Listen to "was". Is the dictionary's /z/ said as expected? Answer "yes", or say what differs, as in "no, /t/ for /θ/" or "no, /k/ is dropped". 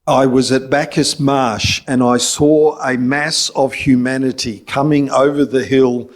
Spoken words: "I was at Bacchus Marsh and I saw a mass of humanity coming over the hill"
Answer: yes